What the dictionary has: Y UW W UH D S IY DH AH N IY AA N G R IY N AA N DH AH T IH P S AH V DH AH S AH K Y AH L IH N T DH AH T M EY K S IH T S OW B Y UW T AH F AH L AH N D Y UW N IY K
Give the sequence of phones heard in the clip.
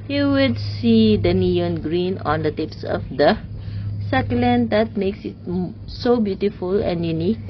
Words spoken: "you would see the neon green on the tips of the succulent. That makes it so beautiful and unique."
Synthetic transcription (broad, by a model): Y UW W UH D S IY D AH N IY AA N G R IY N AA N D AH T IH P S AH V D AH S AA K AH L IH N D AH T M EY K S IH T S OW B Y UW T AH F AH L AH N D Y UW N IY K